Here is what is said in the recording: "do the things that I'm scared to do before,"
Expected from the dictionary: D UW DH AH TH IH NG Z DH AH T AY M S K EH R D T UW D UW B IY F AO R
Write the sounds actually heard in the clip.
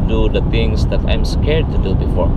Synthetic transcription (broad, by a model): D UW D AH T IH NG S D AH T AY M S K EH R D T UW D UW B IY F AO R